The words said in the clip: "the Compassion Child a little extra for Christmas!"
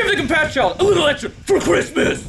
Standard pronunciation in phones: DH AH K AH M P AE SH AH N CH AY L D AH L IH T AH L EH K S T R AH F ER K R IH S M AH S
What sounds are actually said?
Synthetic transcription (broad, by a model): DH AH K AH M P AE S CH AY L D AH L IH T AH L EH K T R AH F ER K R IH S M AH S